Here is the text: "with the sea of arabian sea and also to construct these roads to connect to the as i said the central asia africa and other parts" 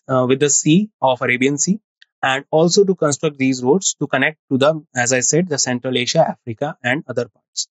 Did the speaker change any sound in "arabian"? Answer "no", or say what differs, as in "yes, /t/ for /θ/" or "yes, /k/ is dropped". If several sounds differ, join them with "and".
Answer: no